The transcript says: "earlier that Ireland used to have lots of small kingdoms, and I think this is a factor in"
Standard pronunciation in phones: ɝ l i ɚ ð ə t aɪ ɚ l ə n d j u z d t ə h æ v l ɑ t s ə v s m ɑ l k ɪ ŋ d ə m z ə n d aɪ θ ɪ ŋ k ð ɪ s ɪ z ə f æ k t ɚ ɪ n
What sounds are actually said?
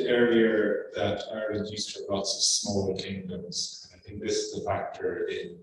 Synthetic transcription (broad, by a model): ɝ i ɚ ð ə t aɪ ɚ ə d j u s t ə l ɑ t s ə v s m ɑ l k ɪ ŋ d ə m z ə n aɪ θ ɪ ŋ k ð ɪ s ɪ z ə f æ k t ɚ ɪ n